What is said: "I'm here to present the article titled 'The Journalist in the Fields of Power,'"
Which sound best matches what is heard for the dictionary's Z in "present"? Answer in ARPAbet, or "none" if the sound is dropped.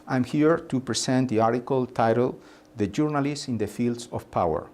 S